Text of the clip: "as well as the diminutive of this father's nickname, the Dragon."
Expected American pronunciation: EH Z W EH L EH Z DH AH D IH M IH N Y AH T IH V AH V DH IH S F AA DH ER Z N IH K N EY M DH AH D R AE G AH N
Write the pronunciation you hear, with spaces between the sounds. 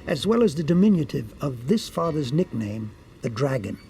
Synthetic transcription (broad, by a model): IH Z W EH L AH Z DH AH D IH M IH N Y AH T IH V AH V DH IH S F AA DH ER Z N IH K N EY M DH AH D R AE G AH N